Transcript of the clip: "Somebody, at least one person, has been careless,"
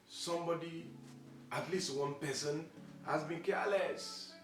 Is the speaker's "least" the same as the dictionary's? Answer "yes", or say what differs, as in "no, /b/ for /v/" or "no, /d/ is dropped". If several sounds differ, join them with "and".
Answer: yes